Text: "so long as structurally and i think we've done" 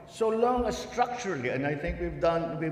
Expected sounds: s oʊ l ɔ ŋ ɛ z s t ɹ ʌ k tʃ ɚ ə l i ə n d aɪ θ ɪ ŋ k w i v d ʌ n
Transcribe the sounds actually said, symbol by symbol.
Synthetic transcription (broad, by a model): s oʊ l ɔ ŋ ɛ s t ɹ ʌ k tʃ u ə l i ə n d aɪ t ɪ ŋ k w i v d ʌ n